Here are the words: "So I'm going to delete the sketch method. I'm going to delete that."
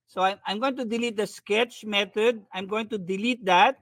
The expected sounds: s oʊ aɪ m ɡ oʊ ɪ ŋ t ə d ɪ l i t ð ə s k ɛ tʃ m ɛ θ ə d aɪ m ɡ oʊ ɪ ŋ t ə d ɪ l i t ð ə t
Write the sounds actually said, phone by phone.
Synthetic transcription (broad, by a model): s oʊ aɪ m ɡ oʊ ɪ ŋ t ə d ɪ l i t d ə s k ɛ tʃ m ɛ t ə d aɪ m ɡ oʊ ɪ ŋ t ə d ɪ l i t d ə t